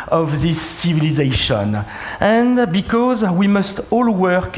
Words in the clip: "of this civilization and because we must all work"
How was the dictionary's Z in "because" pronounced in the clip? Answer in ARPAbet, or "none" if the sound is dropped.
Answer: Z